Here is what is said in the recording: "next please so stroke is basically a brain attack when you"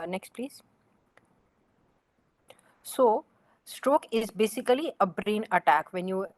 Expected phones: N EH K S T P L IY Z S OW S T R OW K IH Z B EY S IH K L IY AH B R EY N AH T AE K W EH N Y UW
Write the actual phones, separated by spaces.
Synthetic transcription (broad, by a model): N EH K S T P L IY Z S OW S T R OW K IH Z B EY S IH K L IY AH B R EY N AH T AE K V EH N Y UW